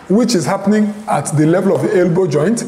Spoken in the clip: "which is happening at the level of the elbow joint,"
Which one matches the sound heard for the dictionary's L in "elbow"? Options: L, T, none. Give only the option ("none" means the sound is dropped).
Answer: L